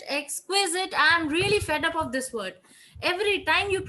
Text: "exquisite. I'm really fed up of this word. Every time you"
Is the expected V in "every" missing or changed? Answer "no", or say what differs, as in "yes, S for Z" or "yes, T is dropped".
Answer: no